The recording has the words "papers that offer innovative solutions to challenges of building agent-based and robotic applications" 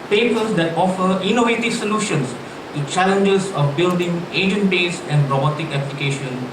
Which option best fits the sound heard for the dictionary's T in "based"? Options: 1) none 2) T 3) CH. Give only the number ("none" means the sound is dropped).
1